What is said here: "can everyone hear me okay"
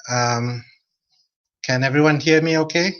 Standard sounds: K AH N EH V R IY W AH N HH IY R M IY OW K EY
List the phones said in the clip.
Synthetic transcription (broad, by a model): K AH N EH V R IY W AH N HH IY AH M IY OW K EY